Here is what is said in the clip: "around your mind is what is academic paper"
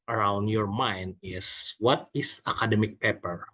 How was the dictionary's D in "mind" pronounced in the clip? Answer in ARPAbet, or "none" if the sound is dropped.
D